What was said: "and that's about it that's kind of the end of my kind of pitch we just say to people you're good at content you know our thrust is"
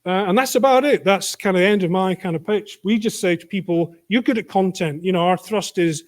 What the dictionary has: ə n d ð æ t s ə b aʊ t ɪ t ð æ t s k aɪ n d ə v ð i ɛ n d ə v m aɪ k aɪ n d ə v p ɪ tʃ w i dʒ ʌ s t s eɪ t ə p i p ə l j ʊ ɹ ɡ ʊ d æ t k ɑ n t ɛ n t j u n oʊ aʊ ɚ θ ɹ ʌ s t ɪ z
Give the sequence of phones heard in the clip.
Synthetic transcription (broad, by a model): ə n ð æ t s ə b aʊ t ɪ t ð æ t s k aɪ n d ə ð i ɛ n d ə v m aɪ k aɪ n d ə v p ɪ tʃ w i dʒ ʌ s t s eɪ t ə p i p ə l j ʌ ɹ ɡ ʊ d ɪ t k ɑ n t ɛ n t j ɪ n oʊ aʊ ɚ θ ɹ ʌ s t ɪ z